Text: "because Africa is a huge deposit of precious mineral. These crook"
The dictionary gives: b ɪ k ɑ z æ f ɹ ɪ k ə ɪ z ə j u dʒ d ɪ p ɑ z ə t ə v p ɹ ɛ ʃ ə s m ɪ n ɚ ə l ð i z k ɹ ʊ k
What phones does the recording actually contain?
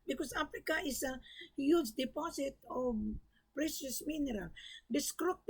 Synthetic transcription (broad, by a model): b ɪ k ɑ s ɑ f ɹ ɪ k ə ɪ s ə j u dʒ d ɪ p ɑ s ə t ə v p ɹ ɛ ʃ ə s m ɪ n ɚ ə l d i s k ɹ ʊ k